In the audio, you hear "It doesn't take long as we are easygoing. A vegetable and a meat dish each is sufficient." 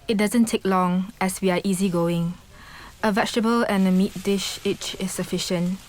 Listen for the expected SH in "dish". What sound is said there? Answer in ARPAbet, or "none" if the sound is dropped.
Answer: SH